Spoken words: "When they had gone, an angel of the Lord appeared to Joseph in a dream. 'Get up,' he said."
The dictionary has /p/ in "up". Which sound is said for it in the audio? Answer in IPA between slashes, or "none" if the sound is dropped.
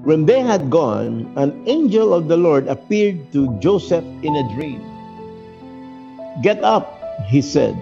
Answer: /p/